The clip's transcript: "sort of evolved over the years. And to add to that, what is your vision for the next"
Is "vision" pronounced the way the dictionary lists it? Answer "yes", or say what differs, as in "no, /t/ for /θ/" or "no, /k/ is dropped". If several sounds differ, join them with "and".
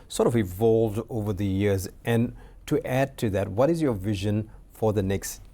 yes